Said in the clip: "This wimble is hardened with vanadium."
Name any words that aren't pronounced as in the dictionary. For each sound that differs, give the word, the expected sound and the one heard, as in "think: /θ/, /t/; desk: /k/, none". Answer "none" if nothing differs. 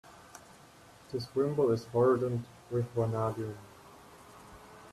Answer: vanadium: /m/, none